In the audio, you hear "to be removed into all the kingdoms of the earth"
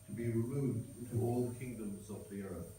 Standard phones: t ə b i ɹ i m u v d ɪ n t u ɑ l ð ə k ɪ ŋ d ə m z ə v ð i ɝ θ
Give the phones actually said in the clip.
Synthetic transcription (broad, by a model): t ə b i ɹ i m u v d ɪ n t u ɑ l ð ə k ɪ ŋ d ə m z ə v ð i ɝ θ